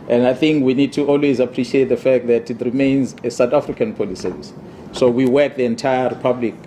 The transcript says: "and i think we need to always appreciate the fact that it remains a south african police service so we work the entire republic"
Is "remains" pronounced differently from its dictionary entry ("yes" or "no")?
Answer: no